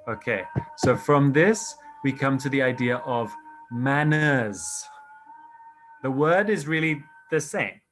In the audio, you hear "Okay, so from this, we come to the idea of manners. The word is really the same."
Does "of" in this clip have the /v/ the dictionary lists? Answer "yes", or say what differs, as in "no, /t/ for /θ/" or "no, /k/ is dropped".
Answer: yes